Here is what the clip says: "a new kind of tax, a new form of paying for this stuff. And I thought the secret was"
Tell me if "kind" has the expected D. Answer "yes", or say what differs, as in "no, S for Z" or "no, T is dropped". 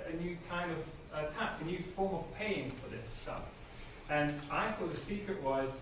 yes